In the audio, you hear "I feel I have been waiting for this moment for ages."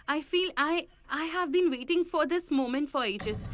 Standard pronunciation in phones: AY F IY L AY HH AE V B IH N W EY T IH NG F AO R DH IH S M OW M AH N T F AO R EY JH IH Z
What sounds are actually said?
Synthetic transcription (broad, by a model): AY F IY L AY HH AE V B IH N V EY T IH NG F AO R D IH S M OW M AH N T F AO R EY JH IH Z